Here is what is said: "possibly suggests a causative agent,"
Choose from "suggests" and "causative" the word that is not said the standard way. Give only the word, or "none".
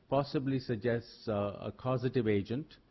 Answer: none